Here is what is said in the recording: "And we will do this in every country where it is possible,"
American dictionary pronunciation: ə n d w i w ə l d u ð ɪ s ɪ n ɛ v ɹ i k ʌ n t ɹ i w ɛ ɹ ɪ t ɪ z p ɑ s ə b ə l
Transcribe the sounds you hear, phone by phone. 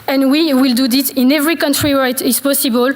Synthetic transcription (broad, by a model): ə n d w i w ə l d u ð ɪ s ɪ n ɛ v ɹ i k ʌ n t ɹ i w ɛ ɹ ɪ t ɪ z p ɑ s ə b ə l